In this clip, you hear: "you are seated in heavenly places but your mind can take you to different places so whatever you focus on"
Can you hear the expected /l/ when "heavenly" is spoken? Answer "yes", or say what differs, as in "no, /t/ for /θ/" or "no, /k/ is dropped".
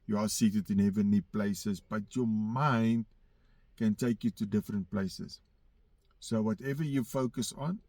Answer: no, /l/ is dropped